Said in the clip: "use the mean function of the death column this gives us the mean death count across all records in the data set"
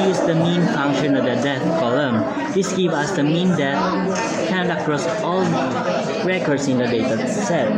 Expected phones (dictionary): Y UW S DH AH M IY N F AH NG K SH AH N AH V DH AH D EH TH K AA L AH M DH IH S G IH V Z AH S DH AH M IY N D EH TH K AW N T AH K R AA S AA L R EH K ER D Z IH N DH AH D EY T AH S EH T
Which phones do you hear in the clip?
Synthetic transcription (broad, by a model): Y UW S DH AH M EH N F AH NG K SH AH N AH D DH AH D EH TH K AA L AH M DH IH S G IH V AH S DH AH M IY N D EH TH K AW N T AH K R AA S AA L R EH K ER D S IH N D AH D EY T AH S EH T